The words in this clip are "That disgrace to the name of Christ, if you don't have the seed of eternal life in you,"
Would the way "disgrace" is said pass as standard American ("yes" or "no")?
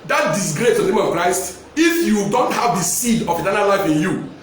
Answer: yes